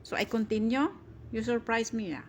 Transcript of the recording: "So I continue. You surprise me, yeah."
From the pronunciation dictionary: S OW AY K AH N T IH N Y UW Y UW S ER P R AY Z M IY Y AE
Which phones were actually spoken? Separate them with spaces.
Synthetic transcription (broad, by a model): S OW AY K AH N T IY N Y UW Y UW S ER P R AY S M IY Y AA